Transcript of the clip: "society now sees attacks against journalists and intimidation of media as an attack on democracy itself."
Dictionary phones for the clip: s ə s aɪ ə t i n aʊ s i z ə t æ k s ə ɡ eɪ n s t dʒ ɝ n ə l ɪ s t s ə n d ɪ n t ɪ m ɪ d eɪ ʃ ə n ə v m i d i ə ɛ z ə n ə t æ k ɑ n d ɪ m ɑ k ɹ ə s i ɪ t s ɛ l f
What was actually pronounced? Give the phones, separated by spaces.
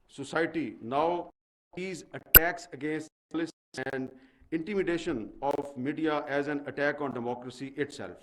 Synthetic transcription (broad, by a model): s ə s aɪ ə t i n aʊ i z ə t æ k s ə ɡ eɪ n s t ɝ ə l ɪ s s ə n d ɪ n t ɪ m ɪ d eɪ ʃ ə n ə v m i d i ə ɛ z ə n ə t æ k ɑ n d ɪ m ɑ k ɹ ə s i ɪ t s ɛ l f